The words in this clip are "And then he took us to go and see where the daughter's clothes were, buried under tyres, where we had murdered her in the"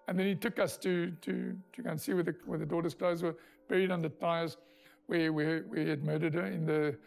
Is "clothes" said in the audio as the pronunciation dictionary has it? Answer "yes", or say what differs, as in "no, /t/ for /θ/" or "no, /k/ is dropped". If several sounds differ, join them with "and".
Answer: yes